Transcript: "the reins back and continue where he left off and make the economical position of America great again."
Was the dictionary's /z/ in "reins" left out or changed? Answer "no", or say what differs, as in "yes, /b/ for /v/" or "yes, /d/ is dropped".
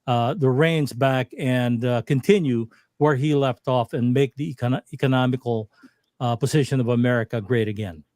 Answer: no